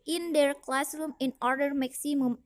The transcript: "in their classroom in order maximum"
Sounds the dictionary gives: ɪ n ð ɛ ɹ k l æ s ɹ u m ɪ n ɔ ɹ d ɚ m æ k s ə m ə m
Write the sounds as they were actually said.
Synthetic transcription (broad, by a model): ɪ n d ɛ ɹ k l æ s ɹ u m ɪ n ɔ ɹ d ɚ m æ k s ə m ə m